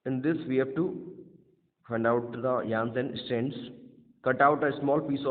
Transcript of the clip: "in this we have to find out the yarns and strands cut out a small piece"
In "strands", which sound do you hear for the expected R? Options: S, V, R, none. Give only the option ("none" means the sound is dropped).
none